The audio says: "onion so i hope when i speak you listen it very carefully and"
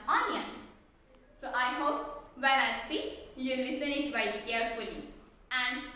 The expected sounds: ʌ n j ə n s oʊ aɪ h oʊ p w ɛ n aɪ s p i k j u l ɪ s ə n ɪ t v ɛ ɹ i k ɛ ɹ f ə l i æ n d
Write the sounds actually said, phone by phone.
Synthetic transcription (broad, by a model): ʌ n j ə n s oʊ aɪ h oʊ p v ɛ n aɪ s p i k j u l ɪ s ə n ɪ t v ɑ i k ɛ ɹ f ə l i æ n d